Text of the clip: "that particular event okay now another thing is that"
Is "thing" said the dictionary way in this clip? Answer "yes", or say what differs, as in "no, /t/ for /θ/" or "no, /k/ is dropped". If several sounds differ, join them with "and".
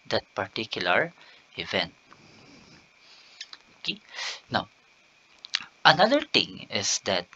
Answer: no, /t/ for /θ/